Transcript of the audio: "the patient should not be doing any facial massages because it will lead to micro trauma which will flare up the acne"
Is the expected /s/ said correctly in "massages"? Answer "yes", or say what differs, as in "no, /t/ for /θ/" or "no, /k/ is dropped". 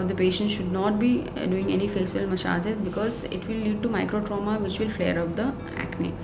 no, /ʃ/ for /s/